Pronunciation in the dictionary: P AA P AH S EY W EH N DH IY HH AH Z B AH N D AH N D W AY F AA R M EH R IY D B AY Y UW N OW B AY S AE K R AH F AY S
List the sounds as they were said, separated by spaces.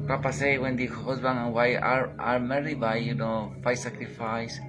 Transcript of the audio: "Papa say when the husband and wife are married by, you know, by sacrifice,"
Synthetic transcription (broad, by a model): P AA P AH S EY W EH N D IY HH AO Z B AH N AH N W AY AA AA R M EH R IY B AY Y UW N OW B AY S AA K R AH F AY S